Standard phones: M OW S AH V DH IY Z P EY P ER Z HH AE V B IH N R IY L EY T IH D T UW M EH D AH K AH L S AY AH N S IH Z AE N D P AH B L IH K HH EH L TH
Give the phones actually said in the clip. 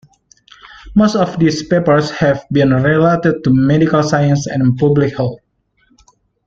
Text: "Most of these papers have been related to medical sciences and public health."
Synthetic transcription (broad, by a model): M OW S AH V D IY S P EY P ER S HH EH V B IH N R IY L EY T IH D T UW M EH D AH K AH L S AY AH N S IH N P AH B L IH K HH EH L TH